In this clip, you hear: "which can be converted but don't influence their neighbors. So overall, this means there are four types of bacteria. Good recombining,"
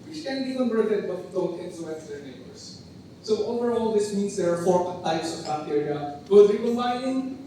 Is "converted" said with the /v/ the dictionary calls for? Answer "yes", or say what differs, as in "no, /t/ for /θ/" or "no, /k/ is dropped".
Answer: no, /b/ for /v/